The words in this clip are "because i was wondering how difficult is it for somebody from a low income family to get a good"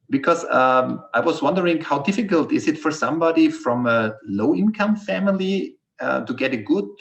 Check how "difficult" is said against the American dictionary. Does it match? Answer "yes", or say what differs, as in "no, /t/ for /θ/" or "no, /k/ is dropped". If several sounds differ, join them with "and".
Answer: yes